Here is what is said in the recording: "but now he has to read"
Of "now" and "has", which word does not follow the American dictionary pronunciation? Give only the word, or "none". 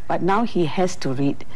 has